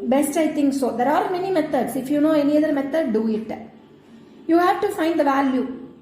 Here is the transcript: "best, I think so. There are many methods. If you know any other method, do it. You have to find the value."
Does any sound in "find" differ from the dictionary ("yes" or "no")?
no